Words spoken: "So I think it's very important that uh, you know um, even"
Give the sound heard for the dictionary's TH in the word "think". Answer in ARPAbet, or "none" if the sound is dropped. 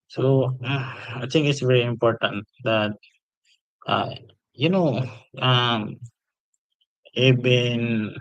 T